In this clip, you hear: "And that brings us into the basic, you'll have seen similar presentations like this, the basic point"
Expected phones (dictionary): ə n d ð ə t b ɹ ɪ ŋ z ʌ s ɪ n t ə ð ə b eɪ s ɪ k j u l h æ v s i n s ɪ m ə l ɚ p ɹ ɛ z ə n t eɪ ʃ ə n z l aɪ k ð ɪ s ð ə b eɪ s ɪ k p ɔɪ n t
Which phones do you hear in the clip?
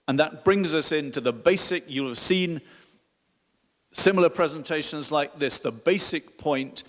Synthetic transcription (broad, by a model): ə n ð ə t b ɹ ɪ ŋ z ʌ s ɪ n t ə ð ə b eɪ s ɪ k j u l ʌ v s i n s ɪ m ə l ɚ p ɹ ɛ z ə n t eɪ ʃ ə n z l aɪ k ð ɪ s ð ə b eɪ s ɪ k p ɔɪ n t